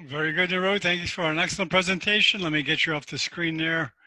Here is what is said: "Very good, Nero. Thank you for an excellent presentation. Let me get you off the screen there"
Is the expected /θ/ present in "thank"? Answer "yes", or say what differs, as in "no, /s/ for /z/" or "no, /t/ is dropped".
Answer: yes